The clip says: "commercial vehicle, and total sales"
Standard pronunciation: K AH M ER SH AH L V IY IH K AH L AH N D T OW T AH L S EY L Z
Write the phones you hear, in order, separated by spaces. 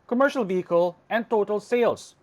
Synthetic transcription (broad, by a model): K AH M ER SH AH L V IY IH K AH L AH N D T OW T AH L S EY L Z